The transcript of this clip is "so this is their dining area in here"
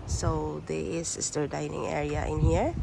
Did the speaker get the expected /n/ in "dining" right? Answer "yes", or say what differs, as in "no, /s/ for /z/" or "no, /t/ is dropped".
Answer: yes